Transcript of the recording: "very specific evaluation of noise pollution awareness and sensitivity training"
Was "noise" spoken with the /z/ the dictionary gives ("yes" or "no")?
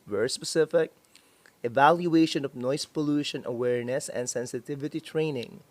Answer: no